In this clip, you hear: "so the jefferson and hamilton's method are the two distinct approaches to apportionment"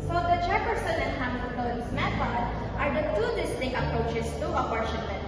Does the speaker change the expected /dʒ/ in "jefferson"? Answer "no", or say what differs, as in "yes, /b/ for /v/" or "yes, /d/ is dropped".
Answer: yes, /tʃ/ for /dʒ/